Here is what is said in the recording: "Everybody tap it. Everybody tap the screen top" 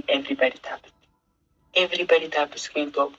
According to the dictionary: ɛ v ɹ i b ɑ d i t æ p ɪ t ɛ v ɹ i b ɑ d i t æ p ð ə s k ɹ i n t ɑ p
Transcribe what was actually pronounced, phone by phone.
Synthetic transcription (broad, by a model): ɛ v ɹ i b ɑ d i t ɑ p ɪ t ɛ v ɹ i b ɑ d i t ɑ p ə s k i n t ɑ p